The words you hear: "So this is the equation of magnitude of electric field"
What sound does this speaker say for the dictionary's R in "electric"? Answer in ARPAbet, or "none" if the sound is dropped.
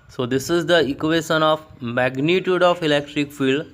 R